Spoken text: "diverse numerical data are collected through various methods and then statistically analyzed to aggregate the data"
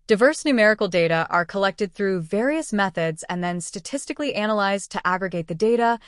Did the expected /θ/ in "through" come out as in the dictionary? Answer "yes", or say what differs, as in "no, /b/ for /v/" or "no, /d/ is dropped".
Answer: yes